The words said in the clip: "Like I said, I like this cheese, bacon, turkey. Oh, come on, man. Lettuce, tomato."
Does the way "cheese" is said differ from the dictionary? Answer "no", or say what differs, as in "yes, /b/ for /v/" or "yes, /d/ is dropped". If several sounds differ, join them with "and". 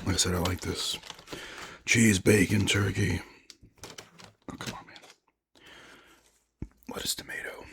no